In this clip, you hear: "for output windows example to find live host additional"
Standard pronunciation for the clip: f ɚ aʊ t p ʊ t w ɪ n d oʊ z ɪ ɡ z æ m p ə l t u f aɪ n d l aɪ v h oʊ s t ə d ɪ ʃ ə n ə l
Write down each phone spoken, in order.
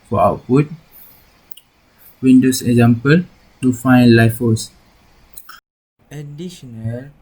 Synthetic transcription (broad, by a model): f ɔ aʊ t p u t w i n d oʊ s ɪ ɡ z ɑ m p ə l t u f aɪ n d l aɪ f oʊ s ə d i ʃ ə n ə l